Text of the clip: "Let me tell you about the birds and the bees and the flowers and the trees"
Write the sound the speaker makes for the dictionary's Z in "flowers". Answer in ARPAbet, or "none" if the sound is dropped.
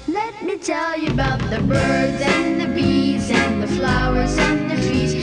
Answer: Z